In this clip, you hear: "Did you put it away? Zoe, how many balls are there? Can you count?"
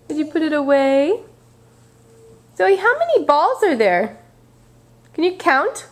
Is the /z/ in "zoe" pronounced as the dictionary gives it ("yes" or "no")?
no